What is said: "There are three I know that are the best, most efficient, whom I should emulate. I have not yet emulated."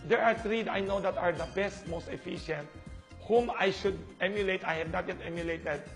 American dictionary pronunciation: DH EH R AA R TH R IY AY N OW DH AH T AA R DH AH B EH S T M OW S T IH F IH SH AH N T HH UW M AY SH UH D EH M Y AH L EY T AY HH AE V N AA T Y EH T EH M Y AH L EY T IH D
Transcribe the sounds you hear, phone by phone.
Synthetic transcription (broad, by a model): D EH R AA R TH R IY AY N OW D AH T AA R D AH B EH S T M OW S T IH F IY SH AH N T HH UW M AY SH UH D EH M Y AH L EY T AY HH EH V N AA T Y EH T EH M Y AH L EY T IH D